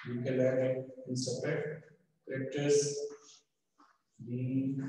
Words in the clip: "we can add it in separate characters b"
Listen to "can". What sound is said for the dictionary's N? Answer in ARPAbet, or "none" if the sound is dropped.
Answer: L